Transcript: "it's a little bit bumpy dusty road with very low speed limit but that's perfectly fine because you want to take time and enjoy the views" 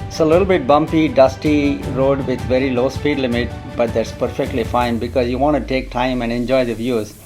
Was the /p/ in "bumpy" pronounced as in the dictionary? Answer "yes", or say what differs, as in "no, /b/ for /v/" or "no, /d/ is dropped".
yes